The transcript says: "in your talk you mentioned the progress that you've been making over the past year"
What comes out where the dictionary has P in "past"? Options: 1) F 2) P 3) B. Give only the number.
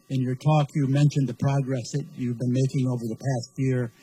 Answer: 2